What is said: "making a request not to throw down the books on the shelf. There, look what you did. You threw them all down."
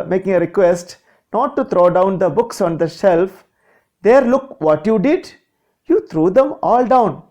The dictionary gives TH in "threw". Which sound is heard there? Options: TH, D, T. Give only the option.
T